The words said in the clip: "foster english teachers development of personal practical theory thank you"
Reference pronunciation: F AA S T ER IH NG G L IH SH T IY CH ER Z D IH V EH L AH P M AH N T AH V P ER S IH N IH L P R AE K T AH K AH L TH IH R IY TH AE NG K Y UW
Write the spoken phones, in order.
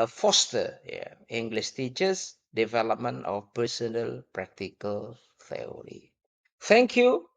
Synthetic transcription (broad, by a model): F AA S T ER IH NG G L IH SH T IY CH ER S D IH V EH L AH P M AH N AH F P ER S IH N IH L P R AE K T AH K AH L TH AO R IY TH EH NG K Y UW